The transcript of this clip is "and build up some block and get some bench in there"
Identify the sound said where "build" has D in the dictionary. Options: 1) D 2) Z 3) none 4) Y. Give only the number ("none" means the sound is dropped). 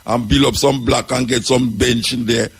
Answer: 3